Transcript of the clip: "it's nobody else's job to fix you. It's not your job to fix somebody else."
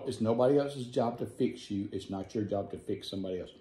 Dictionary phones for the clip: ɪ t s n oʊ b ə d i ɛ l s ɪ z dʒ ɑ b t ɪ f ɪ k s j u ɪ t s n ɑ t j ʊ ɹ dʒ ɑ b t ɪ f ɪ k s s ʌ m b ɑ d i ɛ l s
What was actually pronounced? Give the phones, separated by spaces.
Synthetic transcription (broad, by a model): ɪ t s n oʊ b ə d i ɛ l s ɪ z dʒ ɑ b t ɪ f ɪ k s j u ɪ t s n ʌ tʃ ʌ ɹ dʒ ɑ b t ɪ f ɪ k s s ʌ m b ɑ d i ɛ l s